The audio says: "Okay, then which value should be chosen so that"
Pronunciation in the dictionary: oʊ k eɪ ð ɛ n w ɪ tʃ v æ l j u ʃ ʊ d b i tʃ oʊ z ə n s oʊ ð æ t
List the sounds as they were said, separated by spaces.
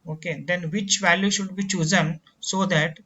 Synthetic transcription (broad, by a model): oʊ k eɪ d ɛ n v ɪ tʃ v æ l j u ʃ ʊ d b i tʃ oʊ z ə n s oʊ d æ t